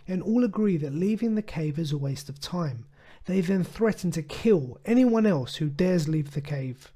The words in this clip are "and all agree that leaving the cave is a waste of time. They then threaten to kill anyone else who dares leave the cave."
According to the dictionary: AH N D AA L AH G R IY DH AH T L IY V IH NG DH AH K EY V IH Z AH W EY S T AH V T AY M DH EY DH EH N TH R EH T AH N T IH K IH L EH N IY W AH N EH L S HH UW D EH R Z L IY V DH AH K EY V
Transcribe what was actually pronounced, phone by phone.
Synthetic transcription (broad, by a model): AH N AA L AH G R IY DH AH T L IY V IH NG DH AH K EY V IH Z AH W EY S T AH V T AY M DH EY DH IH N TH R EH T N T IH K IH L EH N IY W AH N EH L S HH UW D EH R Z L IY V DH AH K EY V